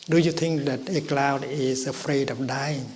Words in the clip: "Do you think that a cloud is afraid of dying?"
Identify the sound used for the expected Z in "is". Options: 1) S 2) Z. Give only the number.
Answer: 1